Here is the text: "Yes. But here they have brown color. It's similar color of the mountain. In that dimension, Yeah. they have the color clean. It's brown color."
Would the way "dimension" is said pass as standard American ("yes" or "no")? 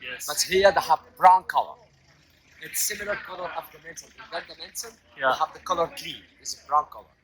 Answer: no